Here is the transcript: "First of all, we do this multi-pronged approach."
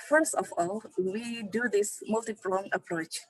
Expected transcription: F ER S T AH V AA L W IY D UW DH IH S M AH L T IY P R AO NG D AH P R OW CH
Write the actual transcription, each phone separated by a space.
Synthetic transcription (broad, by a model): F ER S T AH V AA L W IY D UW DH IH S M AH L T IY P L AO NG AH P R OW CH